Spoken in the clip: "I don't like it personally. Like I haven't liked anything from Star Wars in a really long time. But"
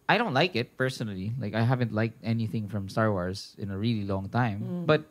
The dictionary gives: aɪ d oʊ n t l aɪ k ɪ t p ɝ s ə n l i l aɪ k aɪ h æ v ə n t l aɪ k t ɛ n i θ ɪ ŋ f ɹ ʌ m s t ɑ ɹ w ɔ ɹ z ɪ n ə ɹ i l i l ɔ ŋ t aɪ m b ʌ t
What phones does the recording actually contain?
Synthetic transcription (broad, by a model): aɪ d oʊ n t l aɪ k ɪ t p ɝ s ə n l i l aɪ k aɪ h æ v ə n t l aɪ k t ɛ n i θ ɪ ŋ f ɹ ʌ m s t ɑ ɹ w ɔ ɹ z ɪ n ə ɹ i l i l ɔ ŋ t aɪ m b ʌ t